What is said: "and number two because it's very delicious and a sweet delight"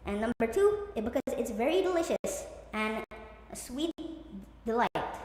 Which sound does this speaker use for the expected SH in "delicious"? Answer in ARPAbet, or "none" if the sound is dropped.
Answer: SH